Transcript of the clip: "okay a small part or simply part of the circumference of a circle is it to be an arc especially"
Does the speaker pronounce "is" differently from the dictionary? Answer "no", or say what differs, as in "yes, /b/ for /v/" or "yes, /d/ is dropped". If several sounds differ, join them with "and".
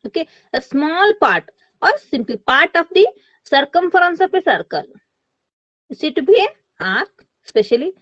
yes, /s/ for /z/